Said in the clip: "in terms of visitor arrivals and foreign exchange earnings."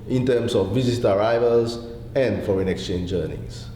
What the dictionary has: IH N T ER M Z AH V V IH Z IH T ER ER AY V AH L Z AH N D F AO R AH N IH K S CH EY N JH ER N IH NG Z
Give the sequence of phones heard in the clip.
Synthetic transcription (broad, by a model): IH N T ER M S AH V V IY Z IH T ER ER AY V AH L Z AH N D F AO R AH N IH K S CH EY N JH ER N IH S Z